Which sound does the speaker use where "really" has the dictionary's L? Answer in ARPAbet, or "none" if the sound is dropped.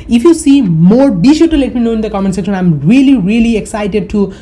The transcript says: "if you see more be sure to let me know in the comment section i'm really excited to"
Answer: L